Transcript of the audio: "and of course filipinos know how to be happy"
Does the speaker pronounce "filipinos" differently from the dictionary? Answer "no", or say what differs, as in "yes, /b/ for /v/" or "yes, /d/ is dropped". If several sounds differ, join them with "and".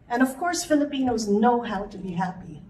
no